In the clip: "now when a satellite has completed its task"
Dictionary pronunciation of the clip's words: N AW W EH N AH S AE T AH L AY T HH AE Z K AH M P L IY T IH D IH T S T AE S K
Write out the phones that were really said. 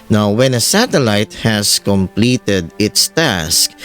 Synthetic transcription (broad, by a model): N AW W EH N AH S AE T AH L AY T HH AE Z K AH M P L IY T IH D IH T S T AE S K